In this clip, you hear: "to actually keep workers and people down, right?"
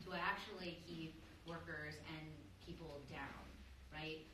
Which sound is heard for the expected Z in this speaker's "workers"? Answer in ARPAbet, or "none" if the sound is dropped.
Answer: Z